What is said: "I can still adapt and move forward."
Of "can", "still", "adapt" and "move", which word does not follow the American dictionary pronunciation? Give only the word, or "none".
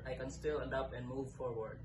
adapt